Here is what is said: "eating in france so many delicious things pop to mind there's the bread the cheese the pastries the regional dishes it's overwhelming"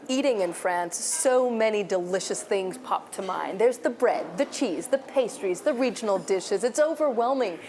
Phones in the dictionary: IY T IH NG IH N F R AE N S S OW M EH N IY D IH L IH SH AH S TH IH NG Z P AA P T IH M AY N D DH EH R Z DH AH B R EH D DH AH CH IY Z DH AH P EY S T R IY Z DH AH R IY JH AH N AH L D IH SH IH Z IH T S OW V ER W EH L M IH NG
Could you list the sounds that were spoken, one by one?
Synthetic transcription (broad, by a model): IY T IH NG IH N F R AE N S S OW M EH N IY D IH L IH SH AH S TH IH NG Z P AA P T IH M AY N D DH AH R Z DH AH B R EH D DH AH CH IY Z DH AH P EY S T R IY Z DH AH R IY JH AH N L D IH SH IH Z IH T S OW V ER W EH L M IH NG